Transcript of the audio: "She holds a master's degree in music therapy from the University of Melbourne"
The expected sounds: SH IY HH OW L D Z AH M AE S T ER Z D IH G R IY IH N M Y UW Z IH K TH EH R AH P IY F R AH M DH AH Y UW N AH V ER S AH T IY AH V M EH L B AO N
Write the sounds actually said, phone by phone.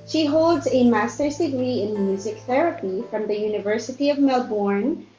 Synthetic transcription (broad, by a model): SH IY HH OW L D Z AH M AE S T ER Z D IH G R IY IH N M Y UW Z IH K TH EH R AH P IY F R AH M DH AH Y UW N AH V ER S AH T IY AH V M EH L B AO N